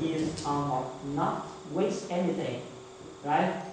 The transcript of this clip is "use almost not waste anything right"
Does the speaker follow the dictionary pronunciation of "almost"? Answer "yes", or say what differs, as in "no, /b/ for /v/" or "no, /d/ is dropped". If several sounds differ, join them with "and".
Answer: no, /s/ is dropped